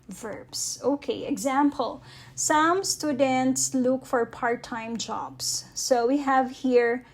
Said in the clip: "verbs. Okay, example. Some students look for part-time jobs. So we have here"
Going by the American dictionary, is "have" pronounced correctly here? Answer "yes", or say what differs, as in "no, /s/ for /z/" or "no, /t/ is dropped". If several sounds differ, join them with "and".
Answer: yes